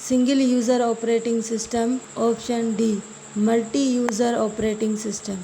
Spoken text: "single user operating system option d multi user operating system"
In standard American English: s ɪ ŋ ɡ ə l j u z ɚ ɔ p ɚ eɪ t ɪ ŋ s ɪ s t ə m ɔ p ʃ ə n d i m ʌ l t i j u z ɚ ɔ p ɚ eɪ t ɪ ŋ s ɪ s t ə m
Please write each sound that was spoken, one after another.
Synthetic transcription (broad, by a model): s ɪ ŋ ɡ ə l j u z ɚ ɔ p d eɪ t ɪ ŋ s ɪ s t ə m ɔ p ʃ ə n d i m ʌ l t i j u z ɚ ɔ p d eɪ t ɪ ŋ s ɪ s t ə m